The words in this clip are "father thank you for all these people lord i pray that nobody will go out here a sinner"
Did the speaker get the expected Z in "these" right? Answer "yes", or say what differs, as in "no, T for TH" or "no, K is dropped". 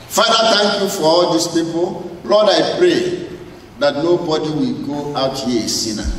no, S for Z